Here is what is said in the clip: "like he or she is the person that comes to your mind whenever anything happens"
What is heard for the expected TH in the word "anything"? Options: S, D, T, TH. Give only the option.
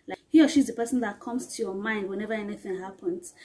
TH